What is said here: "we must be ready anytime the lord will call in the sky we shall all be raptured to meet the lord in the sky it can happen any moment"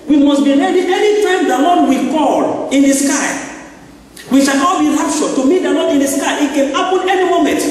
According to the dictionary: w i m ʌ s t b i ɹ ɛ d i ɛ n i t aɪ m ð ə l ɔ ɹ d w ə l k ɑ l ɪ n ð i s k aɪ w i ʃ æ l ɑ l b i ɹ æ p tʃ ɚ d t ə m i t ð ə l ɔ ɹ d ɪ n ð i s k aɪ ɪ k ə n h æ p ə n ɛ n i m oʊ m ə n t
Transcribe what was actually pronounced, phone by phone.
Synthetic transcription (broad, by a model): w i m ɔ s b i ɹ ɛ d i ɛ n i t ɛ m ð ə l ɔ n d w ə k ɑ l ɪ n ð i s k aɪ w i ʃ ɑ n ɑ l b i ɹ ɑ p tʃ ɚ t ə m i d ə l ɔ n ɪ n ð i s k aɪ ɪ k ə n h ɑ p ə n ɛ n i m oʊ m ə n t